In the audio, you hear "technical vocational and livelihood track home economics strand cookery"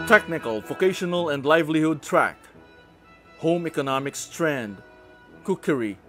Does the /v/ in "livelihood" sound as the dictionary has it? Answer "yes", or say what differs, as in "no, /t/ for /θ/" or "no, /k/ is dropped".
yes